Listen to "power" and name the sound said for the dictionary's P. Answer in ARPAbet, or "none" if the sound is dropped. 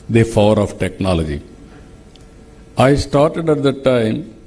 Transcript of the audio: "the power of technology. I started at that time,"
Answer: F